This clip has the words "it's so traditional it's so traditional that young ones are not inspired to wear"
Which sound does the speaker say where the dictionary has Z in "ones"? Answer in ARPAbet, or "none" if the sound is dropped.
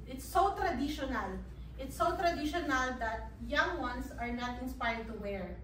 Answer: S